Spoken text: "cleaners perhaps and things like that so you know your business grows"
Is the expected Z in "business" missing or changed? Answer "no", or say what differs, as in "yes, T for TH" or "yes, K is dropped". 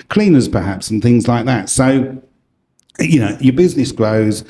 no